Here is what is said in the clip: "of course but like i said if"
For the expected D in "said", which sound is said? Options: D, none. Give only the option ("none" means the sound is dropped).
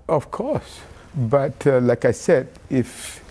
D